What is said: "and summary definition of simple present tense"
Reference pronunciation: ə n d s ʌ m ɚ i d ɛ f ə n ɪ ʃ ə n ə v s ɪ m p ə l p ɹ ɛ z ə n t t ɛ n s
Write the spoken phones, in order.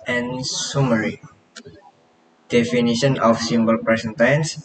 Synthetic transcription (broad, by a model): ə n s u m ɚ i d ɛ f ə n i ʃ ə n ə f s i m b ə l p ɹ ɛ s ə n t t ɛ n s